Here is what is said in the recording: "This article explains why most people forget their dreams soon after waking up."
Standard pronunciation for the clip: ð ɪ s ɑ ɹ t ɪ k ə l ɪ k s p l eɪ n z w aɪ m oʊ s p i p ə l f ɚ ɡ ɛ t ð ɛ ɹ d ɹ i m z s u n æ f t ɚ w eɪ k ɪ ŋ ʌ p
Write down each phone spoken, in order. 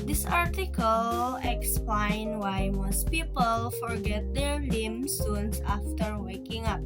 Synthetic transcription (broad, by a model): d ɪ s ɑ ɹ t ɪ k ə l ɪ k s p l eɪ n w aɪ m oʊ s p i p ə l f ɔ ɡ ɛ t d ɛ ɹ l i m s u n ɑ f t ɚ w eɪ k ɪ ŋ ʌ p